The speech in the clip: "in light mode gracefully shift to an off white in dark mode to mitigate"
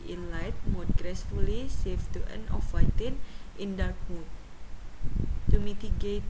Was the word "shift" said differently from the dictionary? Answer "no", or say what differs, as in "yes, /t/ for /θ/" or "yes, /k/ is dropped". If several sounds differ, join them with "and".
yes, /s/ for /ʃ/